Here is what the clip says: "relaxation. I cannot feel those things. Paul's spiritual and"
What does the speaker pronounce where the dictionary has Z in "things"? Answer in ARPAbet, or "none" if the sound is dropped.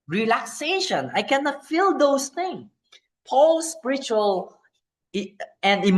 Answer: none